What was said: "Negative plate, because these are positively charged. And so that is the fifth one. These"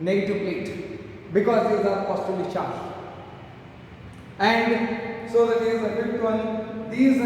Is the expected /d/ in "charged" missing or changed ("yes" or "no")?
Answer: yes